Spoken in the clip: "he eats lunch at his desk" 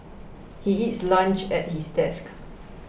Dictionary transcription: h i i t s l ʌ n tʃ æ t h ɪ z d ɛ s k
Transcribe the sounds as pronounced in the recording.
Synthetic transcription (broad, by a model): h i i t s l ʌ n tʃ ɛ t h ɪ s d ɛ s k